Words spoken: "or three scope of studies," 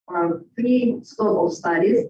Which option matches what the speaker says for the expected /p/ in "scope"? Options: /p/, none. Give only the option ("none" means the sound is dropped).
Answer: none